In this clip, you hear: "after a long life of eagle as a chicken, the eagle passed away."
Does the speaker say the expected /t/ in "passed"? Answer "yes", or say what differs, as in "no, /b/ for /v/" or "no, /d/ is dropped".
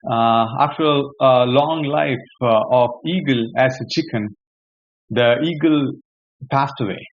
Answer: yes